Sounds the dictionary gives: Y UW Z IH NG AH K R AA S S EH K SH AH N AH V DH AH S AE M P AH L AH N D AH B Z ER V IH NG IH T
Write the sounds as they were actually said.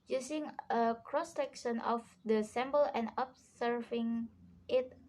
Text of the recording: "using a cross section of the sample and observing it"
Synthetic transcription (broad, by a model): Y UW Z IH NG AH K R AA S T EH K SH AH N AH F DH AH S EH M B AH L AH N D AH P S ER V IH NG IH T